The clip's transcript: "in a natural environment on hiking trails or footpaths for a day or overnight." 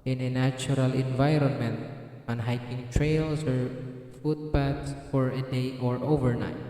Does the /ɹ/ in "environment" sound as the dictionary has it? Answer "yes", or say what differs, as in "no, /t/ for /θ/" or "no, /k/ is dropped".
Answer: yes